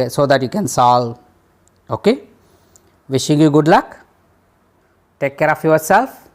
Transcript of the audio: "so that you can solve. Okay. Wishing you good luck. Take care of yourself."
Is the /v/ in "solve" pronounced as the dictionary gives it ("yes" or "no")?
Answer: no